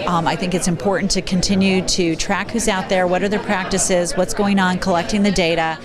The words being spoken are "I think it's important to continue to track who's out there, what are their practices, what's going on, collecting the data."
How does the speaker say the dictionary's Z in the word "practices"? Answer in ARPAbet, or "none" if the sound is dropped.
Z